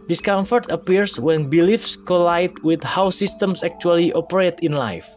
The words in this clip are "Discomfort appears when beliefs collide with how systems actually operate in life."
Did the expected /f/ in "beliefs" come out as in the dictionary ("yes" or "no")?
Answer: yes